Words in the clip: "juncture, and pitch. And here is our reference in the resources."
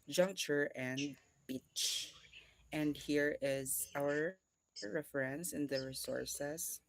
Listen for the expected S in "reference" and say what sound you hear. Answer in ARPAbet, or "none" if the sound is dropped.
S